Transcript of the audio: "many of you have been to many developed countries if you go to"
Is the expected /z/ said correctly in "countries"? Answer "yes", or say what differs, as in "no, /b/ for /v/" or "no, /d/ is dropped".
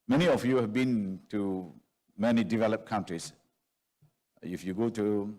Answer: no, /s/ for /z/